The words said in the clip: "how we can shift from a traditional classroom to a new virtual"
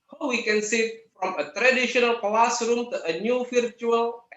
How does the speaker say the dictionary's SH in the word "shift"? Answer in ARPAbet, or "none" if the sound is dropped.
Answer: S